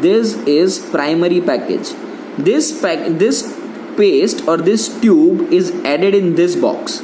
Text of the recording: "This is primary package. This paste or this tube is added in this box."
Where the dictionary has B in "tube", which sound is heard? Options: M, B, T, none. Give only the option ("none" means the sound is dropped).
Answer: B